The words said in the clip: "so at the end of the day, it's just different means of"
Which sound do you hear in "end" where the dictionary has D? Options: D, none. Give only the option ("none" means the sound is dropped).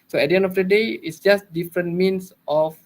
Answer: D